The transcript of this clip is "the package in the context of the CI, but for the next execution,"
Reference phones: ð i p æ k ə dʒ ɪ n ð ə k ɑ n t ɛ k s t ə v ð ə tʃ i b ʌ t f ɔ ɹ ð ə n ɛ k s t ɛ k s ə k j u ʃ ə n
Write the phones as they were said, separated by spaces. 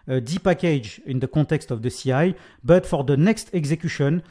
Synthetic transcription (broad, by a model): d i p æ k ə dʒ ɪ n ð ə k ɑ t ɛ k s t ə v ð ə s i b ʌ t f ɔ ɹ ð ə n ɛ k s t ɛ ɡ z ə k j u ʃ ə n